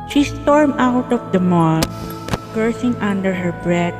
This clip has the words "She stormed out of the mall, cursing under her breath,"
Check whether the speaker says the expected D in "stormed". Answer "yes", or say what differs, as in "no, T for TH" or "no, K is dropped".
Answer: no, D is dropped